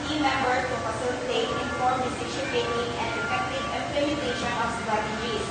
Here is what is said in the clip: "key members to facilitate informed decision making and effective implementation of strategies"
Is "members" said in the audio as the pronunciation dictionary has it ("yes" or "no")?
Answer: no